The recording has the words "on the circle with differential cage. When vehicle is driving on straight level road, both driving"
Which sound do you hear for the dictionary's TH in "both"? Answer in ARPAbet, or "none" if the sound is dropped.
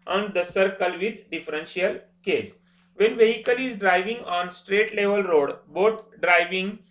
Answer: T